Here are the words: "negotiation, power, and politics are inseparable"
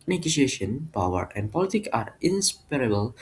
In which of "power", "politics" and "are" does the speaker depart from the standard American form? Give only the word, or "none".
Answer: politics